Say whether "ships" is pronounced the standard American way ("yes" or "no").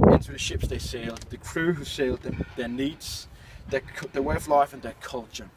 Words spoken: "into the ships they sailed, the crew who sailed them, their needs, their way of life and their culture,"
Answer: yes